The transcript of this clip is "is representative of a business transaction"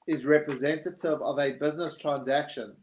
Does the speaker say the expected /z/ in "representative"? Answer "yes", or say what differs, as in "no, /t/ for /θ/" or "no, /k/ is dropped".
yes